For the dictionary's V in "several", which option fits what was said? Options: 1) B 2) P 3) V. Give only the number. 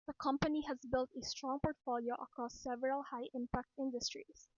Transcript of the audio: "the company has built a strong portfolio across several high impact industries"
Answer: 3